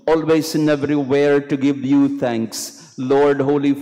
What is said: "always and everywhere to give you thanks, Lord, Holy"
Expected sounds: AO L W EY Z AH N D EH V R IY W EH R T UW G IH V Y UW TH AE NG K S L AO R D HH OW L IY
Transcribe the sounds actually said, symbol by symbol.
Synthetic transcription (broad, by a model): AO L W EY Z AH N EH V R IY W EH R T UW G IH V Y UW T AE NG K S L AO R D HH OW L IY